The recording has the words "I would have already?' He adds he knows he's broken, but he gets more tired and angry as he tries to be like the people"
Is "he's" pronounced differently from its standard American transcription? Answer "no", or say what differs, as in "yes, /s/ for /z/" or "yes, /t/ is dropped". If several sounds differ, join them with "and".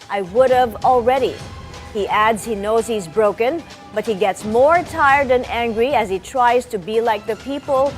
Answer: no